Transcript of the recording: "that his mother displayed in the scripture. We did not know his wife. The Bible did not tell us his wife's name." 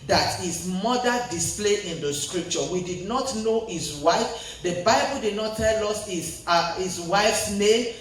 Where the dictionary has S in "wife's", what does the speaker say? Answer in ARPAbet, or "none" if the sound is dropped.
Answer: S